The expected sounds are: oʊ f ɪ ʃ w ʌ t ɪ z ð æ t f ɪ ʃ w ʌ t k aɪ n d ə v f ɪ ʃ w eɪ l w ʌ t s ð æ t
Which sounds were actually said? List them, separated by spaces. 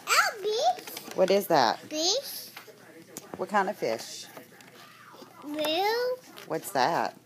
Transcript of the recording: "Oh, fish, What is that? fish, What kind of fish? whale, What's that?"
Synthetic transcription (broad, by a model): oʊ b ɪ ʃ w ʌ t ɪ z ð æ t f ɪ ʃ w ʌ t k aɪ n d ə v f ɪ ʃ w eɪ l w ʌ t s ð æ t